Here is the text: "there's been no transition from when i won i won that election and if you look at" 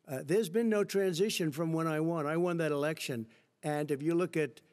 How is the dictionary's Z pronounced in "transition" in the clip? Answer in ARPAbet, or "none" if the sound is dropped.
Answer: Z